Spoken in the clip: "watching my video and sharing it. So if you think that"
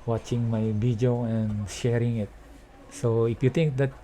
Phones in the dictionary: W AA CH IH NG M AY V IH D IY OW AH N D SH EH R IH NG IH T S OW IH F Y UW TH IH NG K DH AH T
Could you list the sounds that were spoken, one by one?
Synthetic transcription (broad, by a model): W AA CH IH NG M AY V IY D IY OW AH N SH EH R IH NG IH T S OW IH F Y UW T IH NG K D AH T